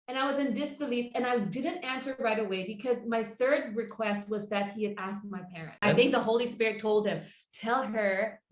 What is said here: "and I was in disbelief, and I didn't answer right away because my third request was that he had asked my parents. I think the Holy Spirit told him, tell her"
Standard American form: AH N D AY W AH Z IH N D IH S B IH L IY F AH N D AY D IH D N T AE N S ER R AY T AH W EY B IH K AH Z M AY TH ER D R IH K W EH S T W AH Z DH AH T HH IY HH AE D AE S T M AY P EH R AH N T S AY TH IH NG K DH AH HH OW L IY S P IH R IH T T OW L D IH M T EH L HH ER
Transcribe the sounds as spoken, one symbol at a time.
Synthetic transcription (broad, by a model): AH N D AY W AH Z IH N D IH S B IH L IY F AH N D AY D IH D N T AE N S ER R AY T AH W EY B IH K AH Z M AY TH ER D R IH K W EH S T W AH Z DH AH T HH IY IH D AE S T M AY P EH R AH N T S AY TH IH NG K DH AH HH OW L IY S P IH R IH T T OW L D IH M T EH L ER